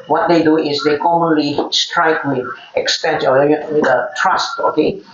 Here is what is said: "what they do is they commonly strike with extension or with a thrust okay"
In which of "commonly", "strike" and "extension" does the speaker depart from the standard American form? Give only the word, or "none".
extension